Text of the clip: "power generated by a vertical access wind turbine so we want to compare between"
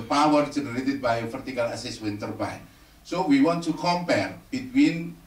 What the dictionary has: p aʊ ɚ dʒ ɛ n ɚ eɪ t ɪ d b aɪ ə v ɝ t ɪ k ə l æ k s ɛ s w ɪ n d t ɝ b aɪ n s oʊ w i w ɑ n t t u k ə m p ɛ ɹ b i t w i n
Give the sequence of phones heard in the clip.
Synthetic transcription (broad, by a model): p aʊ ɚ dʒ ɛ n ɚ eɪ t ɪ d b aɪ ə f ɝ t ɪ k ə l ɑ s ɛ s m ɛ n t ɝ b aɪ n s oʊ w i w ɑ n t t u k ə m p ɛ ɹ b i t w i n